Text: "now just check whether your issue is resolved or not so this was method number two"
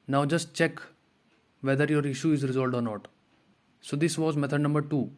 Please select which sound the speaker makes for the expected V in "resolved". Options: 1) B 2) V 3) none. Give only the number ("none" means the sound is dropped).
3